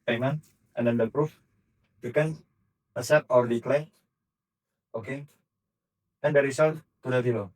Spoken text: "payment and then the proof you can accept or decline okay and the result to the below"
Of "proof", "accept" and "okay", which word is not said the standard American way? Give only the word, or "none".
accept